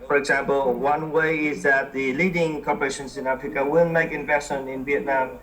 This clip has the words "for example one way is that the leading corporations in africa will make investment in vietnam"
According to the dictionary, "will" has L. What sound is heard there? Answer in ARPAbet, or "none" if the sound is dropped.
N